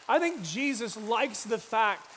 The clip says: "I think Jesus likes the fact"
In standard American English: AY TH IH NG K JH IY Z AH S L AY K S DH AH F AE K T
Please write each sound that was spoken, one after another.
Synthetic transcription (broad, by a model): AY TH IH NG K JH IY Z AH S L AY K S DH AH F AE K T